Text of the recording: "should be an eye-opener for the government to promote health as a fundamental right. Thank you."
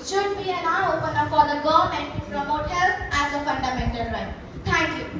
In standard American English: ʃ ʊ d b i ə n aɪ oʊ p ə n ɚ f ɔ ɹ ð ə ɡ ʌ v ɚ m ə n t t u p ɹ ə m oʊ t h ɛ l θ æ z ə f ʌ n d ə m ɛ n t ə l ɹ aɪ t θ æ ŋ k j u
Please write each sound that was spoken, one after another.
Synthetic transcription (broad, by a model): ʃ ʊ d b i ə n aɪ oʊ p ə n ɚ f ɔ ɹ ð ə ɡ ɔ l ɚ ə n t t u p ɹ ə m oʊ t h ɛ l t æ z ə f ʌ n d ə m ɛ n t ə l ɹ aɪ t t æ ŋ k j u